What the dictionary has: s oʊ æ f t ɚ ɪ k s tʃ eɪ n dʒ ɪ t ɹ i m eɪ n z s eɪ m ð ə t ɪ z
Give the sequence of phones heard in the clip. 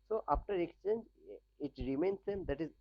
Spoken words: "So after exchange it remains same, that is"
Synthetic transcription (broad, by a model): s oʊ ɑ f t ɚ ɪ k s tʃ eɪ n dʒ ɪ t ɹ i m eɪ n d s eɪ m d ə t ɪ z